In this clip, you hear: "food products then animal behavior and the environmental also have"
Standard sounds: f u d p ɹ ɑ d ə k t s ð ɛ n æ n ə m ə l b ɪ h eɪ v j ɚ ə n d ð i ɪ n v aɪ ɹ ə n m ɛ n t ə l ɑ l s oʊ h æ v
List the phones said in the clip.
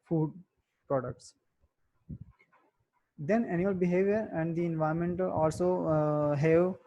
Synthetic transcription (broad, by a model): f u d p ɹ ɑ d ə k t s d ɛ n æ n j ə l b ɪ h eɪ v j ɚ ə n d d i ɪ n v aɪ ə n m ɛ n t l ɑ l s oʊ h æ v